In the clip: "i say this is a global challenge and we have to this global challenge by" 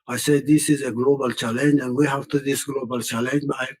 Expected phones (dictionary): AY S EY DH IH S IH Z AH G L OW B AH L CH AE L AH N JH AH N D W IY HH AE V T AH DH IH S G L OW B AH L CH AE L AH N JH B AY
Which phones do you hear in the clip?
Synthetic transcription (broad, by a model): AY S EY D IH S IH Z AH G L OW B AH L CH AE L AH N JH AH N W IY HH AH F T AH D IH S G L OW B AH L CH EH L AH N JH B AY